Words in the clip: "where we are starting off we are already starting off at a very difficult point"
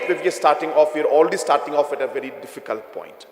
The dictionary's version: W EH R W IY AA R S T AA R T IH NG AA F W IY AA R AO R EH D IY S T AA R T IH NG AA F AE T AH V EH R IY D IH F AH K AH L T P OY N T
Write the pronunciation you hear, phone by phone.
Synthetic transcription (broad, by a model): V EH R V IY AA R S T AA R T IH NG AA F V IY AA R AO L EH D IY S T AA R T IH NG AA F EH T AH V EH R IY D IH F AH K AH L T P OY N T